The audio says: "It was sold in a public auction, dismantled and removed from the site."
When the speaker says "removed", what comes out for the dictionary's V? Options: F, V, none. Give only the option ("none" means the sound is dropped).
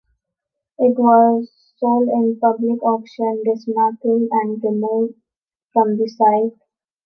F